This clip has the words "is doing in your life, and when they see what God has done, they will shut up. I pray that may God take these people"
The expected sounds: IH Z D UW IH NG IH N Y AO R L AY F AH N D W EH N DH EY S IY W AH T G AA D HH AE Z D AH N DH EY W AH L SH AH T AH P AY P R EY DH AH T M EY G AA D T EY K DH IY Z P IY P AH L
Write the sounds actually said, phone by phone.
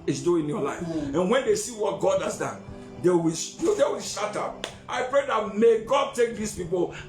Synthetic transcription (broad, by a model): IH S D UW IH IH N Y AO L AY F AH N W EH N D EY S IY W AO T G AA D HH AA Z D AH N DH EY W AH W SH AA T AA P AY P R EY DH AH T M EY G AA D T EY K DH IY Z P IY P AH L